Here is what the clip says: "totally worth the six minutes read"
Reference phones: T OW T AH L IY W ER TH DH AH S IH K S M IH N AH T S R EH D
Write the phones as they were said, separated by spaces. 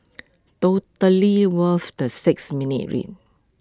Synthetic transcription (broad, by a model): T OW T AH L IY W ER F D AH S IH K S M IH N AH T R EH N